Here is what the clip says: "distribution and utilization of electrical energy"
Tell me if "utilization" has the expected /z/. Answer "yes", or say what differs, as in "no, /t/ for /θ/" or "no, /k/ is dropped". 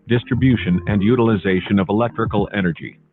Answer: yes